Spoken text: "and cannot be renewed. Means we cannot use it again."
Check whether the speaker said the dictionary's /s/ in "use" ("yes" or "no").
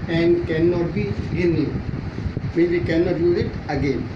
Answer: no